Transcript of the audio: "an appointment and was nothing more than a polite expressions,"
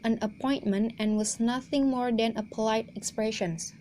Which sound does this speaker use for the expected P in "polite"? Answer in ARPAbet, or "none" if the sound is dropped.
P